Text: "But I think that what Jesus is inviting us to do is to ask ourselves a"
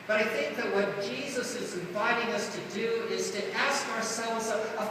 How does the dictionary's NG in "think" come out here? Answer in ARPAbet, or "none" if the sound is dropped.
NG